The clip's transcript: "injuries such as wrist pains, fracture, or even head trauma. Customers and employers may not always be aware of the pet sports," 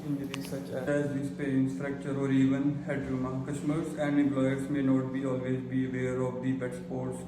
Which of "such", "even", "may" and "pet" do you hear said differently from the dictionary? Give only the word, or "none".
pet